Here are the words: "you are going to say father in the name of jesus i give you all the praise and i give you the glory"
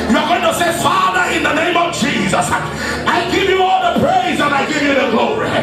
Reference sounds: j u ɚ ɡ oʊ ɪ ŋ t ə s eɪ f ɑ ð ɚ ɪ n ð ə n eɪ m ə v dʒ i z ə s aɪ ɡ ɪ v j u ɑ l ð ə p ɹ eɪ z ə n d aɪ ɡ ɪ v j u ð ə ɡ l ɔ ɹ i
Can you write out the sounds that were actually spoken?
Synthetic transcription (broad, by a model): j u ɚ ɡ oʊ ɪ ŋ t ə s eɪ f ɑ ð ɚ ɪ n ð ə n eɪ m ə v dʒ i z ə s aɪ ɡ ɪ v j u ɑ l ð ə p ɹ eɪ z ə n aɪ ɡ ɪ v j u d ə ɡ l ɔ ɹ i